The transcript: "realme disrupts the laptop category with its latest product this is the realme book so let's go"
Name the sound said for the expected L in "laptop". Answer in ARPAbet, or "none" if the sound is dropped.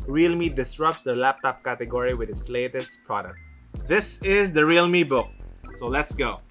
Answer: L